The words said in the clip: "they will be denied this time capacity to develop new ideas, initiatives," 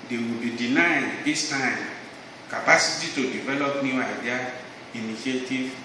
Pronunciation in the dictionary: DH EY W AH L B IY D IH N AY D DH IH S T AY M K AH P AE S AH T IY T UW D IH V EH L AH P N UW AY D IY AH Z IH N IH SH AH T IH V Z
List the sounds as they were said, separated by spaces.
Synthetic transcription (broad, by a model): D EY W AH B IY D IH N AY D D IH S T AY M K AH P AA S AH T IY T UW D IH V EH L AH P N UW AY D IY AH IH N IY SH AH T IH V